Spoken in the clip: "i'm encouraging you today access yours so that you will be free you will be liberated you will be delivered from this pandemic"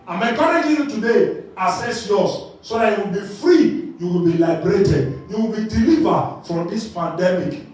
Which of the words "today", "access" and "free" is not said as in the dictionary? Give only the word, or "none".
access